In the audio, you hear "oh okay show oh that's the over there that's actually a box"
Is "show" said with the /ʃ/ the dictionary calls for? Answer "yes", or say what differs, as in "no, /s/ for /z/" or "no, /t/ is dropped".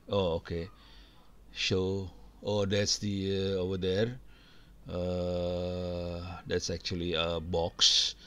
no, /s/ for /ʃ/